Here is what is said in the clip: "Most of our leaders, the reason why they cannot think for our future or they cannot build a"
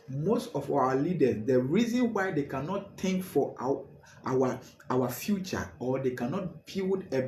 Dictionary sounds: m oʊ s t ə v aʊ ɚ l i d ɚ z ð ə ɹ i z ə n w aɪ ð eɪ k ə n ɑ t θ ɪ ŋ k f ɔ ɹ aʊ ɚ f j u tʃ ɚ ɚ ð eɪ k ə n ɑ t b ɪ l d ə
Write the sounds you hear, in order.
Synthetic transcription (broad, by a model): m oʊ s t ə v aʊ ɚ l i d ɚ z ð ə ɹ i z ə n w aɪ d eɪ k ə n ɑ t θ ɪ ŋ k f ɔ w aʊ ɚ f j u tʃ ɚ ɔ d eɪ k ə n ɑ t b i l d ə